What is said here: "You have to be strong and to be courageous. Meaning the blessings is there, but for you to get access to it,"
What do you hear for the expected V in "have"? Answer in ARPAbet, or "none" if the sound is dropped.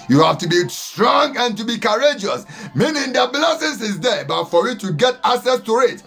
F